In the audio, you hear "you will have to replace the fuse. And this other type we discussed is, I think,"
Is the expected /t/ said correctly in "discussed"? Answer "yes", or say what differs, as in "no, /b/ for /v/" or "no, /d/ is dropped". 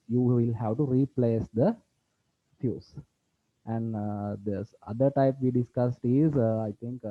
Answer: yes